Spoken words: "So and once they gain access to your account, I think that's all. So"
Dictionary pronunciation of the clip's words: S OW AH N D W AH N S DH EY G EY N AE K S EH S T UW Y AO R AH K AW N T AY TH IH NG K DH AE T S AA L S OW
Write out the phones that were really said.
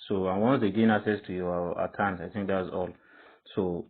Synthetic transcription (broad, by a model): S OW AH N W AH N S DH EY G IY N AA K S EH S T UW Y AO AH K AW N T AY TH IH NG K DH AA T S AA L S OW